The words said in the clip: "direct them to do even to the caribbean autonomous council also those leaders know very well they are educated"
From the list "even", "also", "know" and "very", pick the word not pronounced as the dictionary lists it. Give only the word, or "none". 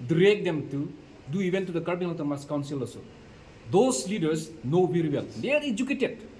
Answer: also